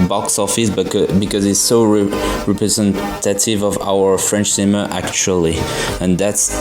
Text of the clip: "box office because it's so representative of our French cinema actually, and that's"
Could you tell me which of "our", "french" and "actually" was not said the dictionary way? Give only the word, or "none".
none